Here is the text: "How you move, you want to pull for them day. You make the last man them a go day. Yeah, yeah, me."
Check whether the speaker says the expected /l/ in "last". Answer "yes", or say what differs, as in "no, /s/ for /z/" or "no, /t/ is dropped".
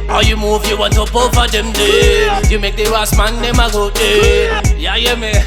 no, /w/ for /l/